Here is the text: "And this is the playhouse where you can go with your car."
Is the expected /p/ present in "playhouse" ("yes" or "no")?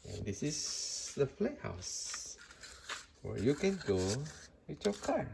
no